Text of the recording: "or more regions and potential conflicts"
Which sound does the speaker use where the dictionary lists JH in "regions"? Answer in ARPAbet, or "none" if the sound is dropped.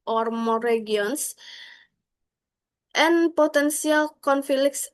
none